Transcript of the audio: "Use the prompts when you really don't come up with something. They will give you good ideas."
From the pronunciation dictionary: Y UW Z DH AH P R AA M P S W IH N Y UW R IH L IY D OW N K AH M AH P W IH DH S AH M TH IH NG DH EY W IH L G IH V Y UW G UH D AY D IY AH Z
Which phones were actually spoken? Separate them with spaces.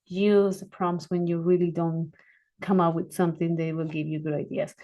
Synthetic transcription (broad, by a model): Y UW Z DH AH P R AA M S W IH N Y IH R IH L IY D OW N K AH M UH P W IH DH S AH M TH IH NG DH EY W IH L G IH V Y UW G UH D AY D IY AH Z